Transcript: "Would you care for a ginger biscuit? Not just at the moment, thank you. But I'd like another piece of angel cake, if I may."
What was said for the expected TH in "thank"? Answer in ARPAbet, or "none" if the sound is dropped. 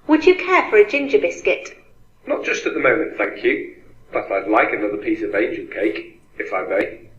TH